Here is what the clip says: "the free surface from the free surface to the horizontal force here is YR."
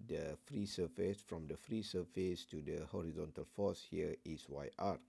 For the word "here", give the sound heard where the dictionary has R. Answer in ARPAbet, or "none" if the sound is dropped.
W